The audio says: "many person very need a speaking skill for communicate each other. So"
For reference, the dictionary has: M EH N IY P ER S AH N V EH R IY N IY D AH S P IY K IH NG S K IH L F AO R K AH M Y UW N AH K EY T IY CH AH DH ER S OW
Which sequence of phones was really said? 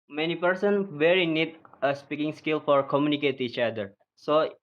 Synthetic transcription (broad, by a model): M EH N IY P ER S AH N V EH R IY N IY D AH S P IY K IH NG S K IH L F AO R K AH M Y UW N AH K EY T IY CH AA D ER S OW